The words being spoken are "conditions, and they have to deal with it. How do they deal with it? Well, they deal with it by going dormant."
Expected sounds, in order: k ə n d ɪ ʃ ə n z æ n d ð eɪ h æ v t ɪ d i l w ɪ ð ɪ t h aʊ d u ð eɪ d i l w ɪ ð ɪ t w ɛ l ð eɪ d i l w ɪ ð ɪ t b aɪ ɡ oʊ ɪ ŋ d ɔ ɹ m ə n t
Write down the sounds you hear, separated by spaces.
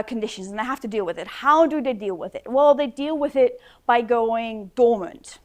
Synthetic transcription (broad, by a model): k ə n d ɪ ʃ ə n z n ð eɪ h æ f t ɪ d i l w ɪ ð ɪ t h aʊ d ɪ ð eɪ d i l w ɪ ð ɪ t w ɛ l ð eɪ d i l w ɪ ð ɪ t b aɪ ɡ oʊ ɪ ŋ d ɔ ɹ m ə n t